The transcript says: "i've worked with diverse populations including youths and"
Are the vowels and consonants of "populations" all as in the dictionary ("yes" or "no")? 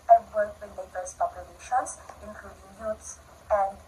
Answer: no